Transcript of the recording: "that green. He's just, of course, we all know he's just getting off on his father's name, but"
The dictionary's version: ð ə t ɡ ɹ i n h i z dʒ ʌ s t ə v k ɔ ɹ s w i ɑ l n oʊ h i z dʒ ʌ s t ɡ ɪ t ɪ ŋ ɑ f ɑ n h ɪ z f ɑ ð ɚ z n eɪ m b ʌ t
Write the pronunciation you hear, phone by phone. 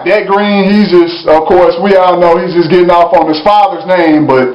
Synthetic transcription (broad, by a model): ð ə t ɡ ɹ i n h i z dʒ ʌ s t ə v k ɔ ɹ s w i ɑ n oʊ h i z dʒ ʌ s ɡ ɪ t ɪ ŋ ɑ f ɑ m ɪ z f ɑ ð ɚ z n eɪ m b ʌ t